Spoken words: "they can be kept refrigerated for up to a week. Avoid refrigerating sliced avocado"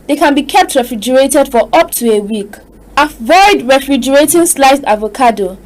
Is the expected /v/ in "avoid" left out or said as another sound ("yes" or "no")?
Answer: no